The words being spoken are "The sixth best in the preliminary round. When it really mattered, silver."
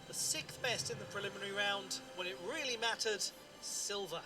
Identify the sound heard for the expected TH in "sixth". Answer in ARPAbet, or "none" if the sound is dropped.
TH